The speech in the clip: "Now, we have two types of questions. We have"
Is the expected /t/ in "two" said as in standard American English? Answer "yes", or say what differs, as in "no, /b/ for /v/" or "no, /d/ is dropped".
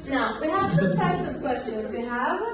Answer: no, /s/ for /t/